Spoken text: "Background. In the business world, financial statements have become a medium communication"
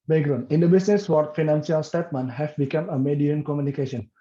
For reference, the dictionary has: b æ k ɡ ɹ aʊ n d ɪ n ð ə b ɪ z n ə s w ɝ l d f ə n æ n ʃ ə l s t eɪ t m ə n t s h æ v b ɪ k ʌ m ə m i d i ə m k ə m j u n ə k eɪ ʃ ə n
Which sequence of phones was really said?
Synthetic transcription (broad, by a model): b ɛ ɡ ɹ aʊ n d ɪ n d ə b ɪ s n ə s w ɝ d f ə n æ n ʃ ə l s t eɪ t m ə n h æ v b ɪ k ʌ m ə m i d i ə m k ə m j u n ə k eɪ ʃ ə n